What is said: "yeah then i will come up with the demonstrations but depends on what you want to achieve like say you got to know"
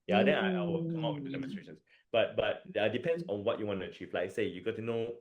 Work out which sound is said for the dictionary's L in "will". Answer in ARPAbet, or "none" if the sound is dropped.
W